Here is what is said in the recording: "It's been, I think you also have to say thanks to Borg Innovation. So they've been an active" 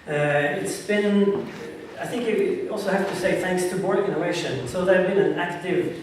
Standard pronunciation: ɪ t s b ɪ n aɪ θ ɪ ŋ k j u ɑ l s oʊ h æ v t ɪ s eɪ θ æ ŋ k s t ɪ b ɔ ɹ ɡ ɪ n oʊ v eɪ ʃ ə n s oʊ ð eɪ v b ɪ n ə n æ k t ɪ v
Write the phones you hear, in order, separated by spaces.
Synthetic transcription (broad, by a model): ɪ t s b ɪ n aɪ θ ɪ ŋ k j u ɑ l s oʊ h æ f t ɪ s eɪ θ æ ŋ k s t ɪ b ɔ ɹ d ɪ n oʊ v eɪ ʃ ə n s oʊ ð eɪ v b ɪ n ə n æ k t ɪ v